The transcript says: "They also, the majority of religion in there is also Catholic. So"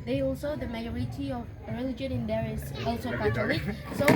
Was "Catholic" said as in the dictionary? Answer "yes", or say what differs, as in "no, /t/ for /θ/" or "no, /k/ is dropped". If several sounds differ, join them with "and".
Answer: no, /t/ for /θ/